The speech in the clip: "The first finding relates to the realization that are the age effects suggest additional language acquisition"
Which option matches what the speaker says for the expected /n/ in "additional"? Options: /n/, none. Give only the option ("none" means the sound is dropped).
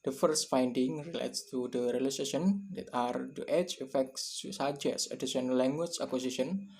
none